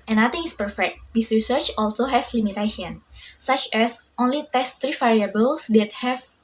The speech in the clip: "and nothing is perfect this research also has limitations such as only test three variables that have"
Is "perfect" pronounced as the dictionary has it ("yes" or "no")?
yes